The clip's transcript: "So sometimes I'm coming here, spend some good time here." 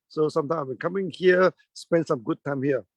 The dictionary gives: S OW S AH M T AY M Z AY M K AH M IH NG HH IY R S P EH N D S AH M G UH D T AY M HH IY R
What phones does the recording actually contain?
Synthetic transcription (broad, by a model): S OW S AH M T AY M AY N K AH M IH NG HH IY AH S P EH N D S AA M G UH D T AY M HH IY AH